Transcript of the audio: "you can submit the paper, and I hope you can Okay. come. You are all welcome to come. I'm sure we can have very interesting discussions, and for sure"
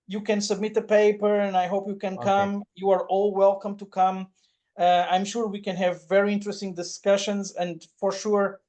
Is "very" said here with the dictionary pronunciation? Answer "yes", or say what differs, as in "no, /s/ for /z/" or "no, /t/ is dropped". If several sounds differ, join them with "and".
yes